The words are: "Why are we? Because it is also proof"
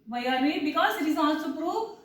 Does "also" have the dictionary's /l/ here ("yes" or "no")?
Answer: no